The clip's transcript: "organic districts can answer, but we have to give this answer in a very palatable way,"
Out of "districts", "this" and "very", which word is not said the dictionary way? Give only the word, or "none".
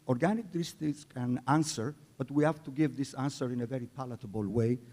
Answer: districts